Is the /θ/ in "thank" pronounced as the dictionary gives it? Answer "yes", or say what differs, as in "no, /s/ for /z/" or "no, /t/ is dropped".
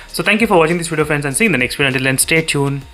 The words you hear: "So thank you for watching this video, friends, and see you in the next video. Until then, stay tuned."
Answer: no, /t/ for /θ/